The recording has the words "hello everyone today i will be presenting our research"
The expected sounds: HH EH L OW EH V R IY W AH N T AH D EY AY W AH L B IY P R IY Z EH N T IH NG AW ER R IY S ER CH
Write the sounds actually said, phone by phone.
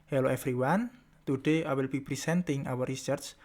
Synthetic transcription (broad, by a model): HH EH L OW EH F R IY W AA N T AH D EY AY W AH L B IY P R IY S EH N T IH NG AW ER R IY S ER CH